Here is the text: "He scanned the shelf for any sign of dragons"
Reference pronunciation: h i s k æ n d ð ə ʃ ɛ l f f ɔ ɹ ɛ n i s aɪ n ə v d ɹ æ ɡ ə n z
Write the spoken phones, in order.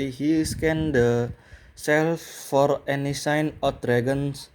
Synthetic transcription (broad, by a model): h i s k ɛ n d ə s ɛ l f f ɔ ɹ ɛ n i s aɪ n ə f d ɹ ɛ ɡ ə n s